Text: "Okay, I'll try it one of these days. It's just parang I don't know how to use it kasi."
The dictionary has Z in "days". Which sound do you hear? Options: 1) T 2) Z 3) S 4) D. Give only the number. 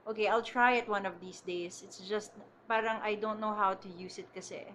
3